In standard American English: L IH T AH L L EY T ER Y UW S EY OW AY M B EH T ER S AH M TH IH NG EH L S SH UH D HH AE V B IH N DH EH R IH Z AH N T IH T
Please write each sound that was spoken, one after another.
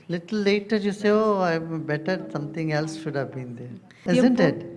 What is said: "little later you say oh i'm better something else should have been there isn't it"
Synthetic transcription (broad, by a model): L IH T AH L L EY T ER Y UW S EY OW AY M B EH T ER S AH M T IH NG EH L S SH UH D HH AE V B IH N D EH R IH Z AH N T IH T